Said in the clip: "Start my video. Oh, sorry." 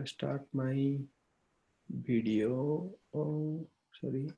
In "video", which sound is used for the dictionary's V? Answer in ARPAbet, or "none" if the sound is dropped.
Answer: B